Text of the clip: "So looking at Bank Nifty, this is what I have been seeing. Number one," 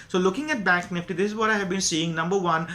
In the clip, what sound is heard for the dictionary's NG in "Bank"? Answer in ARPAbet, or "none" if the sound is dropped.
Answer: none